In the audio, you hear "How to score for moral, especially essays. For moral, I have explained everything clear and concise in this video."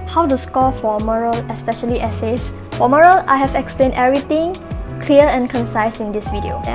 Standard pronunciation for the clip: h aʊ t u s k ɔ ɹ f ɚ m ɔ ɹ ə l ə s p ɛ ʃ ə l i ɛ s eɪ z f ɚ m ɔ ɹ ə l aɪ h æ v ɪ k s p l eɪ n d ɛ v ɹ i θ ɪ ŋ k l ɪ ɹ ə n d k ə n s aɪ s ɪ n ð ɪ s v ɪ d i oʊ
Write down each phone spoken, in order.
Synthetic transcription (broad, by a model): h aʊ t u s k ɔ f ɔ m ɔ ɹ ə l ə s p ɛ ʃ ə l i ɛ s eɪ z f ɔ m ɔ ɹ ə l aɪ h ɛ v ɪ k s p l eɪ n d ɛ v ɹ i t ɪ ŋ k l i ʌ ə n k ə n s aɪ s ɪ n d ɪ s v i d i oʊ